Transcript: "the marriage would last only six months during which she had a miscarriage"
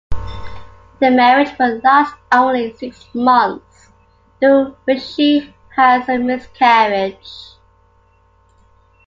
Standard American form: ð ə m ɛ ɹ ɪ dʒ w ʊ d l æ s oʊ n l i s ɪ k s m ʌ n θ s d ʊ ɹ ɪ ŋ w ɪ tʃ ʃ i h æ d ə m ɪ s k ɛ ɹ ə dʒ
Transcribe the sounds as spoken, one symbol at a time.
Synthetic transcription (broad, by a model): ð ə m ɛ ɹ ɪ dʒ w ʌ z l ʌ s oʊ n l i s ɪ k s m ʌ n θ s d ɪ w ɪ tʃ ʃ i h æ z ə m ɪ s k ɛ ɹ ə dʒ